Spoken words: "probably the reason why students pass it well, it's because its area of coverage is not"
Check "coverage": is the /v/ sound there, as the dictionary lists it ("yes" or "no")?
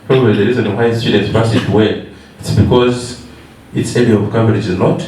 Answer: no